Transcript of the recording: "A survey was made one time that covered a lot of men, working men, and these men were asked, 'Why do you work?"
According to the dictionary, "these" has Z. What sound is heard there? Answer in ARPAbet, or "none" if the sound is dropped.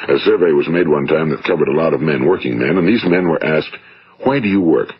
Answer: Z